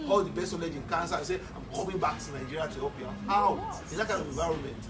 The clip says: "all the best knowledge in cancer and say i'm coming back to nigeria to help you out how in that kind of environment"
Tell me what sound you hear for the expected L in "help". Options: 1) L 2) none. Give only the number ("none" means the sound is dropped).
2